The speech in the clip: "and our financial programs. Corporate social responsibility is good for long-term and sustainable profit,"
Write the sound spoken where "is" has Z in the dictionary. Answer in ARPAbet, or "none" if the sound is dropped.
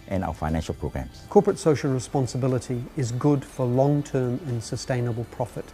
Z